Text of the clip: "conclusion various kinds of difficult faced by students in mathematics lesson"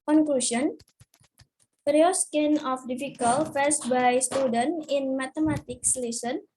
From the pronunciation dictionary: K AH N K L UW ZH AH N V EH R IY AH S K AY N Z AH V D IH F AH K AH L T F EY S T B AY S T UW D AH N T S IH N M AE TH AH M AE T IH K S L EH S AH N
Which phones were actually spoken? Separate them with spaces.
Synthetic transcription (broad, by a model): K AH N K L UW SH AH N P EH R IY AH S K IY N AH F D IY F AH K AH L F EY S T B AY S T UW D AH N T IH N M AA T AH M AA T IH K S L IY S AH N